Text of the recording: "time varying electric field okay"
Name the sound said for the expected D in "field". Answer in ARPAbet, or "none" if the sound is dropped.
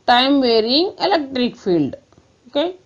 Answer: D